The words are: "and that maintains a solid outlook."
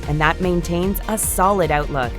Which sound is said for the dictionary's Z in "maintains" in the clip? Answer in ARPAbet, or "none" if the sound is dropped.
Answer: Z